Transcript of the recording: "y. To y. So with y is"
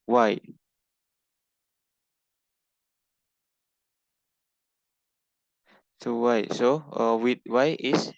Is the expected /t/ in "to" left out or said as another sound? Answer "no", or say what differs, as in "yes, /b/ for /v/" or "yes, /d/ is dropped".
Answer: yes, /s/ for /t/